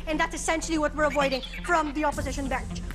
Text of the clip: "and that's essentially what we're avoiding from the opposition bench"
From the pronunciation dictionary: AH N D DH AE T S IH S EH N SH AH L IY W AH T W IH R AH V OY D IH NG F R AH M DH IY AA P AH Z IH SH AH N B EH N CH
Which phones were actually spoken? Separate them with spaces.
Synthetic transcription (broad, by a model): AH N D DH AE T S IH S EH N SH L IY W AH T W IH R AH V OY D IH NG F R AH M DH IY AA P AH Z IH SH AH N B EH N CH